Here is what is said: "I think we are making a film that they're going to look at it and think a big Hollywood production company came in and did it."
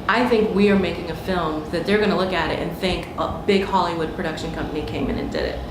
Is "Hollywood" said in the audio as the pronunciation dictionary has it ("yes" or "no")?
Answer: yes